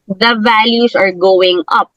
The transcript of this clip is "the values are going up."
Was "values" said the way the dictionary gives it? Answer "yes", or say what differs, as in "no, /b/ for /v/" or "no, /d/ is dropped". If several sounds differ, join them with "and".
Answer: no, /s/ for /z/